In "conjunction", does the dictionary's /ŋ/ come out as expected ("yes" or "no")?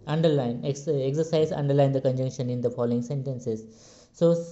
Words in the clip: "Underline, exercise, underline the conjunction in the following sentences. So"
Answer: yes